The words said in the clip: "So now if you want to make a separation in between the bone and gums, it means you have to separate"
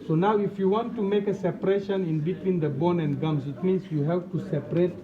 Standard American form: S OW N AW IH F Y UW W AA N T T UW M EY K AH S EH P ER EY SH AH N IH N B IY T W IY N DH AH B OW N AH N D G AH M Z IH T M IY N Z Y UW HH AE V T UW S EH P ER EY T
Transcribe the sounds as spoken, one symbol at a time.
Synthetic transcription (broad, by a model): S OW N AW IH F Y UW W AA N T T UW M EY K AH S EH P ER EY SH AH N IH N B IY T W IY N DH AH B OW N AH N D G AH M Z IH T M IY N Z Y UW HH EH P T UW S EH P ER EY T